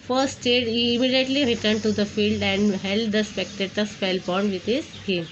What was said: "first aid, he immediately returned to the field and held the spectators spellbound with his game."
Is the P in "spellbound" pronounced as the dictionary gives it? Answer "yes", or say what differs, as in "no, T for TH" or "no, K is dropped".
no, F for P